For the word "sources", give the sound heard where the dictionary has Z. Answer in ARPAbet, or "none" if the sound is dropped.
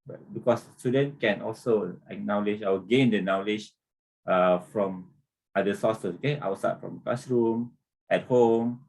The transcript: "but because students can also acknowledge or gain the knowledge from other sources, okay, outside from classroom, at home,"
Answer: none